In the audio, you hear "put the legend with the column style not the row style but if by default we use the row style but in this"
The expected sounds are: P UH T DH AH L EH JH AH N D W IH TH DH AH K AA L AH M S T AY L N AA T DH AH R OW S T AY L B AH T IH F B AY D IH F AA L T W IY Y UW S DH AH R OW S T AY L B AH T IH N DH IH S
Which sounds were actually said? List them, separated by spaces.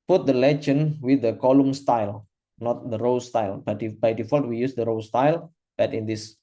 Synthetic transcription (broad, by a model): P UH T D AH L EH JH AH N W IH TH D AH K AA L AH M S T AY L N AA T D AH R OW S T AY L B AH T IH B AY D IH F AA L T W IY Y UW S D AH R OW S T AY L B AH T IH N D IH S